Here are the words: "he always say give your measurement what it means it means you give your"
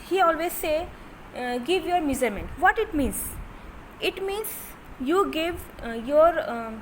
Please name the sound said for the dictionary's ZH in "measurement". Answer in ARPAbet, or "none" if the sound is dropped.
Z